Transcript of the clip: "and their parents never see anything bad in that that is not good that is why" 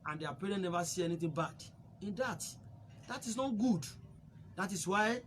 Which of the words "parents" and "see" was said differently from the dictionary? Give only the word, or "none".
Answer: parents